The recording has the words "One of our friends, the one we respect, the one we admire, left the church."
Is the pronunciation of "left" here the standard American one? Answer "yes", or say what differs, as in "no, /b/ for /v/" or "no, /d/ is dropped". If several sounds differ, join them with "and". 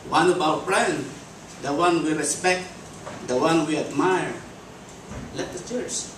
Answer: no, /f/ is dropped